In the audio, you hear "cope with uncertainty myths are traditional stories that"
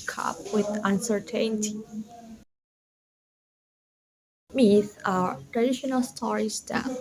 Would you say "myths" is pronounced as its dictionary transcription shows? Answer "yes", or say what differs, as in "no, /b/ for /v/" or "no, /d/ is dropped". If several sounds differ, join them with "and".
no, /s/ is dropped